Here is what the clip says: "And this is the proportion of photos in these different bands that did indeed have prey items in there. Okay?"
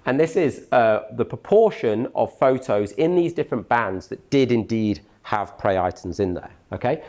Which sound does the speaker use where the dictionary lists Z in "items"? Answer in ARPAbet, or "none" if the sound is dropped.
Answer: Z